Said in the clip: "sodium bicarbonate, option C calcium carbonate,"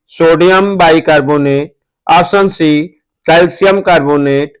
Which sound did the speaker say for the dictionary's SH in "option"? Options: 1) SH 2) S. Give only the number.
2